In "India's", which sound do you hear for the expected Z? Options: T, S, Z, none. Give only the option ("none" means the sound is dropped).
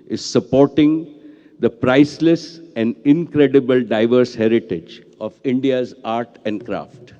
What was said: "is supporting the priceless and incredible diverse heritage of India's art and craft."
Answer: Z